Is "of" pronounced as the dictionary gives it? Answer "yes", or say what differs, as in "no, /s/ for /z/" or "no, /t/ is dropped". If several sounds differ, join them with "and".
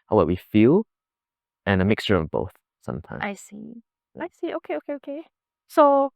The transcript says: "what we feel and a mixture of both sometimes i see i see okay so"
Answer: yes